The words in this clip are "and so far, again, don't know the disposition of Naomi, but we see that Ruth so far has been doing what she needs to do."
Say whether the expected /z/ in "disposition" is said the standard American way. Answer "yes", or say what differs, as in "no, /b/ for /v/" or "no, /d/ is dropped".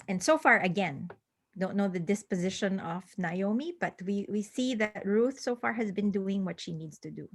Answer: yes